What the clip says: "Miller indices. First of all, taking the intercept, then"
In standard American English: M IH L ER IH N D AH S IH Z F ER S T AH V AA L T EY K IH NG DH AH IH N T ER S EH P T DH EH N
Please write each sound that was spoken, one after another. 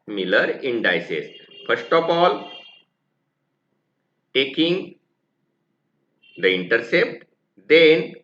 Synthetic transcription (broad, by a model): M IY L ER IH N D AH S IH S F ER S T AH P AA L T EY K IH NG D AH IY N T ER S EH P T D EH N